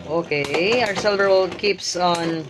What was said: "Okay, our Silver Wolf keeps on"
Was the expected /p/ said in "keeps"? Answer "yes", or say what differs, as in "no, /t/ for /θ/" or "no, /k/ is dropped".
yes